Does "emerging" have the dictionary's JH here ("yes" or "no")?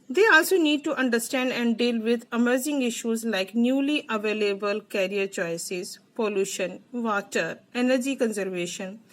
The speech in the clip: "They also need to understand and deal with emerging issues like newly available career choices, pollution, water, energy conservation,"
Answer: no